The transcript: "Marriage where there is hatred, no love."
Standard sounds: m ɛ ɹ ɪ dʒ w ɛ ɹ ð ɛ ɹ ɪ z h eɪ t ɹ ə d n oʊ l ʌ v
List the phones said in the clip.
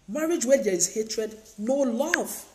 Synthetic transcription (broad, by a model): m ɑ ɹ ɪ dʒ w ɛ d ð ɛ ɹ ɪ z h eɪ t ɹ ə d n oʊ l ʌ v